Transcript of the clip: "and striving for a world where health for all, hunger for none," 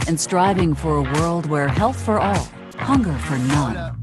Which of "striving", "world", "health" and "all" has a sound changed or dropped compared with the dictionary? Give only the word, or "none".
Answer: none